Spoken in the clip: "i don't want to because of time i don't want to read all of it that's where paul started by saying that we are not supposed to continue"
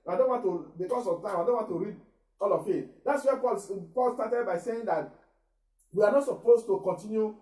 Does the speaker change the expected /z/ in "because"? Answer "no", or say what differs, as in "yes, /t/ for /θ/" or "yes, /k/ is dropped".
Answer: yes, /s/ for /z/